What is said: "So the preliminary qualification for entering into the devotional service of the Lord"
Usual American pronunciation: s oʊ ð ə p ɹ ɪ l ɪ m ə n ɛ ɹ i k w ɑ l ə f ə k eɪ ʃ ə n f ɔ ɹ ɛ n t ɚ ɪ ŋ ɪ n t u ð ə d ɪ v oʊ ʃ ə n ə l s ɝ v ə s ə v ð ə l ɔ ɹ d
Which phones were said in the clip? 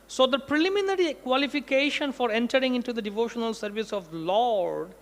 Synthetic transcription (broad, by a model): s oʊ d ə p ɹ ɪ l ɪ m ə n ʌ ɹ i k w ɑ l ə f ə k eɪ ʃ ə n f ɔ ɹ ɛ n t ɚ ɪ ŋ ɪ n t u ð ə d ɪ v oʊ ʃ ə n ə l s ɝ v ə s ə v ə l ɔ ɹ d